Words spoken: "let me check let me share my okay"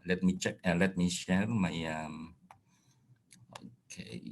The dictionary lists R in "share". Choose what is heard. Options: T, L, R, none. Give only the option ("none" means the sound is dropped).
L